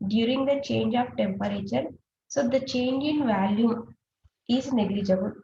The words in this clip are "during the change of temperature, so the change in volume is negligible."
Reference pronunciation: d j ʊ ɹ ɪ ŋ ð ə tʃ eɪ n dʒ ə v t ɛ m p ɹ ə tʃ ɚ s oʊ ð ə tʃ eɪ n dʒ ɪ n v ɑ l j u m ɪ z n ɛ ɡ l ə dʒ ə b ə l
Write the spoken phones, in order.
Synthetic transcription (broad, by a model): d j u ɹ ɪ ŋ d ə tʃ eɪ n dʒ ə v t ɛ m p ɹ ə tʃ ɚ s oʊ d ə tʃ eɪ n dʒ ɪ n v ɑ l j u ɪ z n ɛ ɡ l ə dʒ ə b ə l